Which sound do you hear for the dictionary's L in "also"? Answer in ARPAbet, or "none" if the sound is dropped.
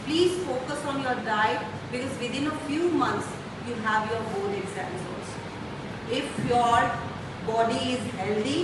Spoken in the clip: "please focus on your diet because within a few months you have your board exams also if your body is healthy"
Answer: none